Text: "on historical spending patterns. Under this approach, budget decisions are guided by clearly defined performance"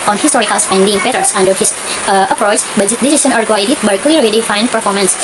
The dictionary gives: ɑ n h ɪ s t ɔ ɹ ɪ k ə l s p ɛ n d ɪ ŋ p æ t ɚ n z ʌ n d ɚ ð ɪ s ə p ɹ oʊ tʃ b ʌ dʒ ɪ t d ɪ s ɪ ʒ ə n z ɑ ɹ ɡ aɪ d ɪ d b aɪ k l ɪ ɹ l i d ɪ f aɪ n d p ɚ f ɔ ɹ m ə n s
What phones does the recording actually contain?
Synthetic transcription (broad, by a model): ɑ n h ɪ s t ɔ ɹ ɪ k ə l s ɛ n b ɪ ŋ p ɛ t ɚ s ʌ n d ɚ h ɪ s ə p ɹ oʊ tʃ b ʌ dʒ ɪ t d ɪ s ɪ s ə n ɑ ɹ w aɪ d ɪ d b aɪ k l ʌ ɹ i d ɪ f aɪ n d p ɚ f ɔ ɹ m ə n s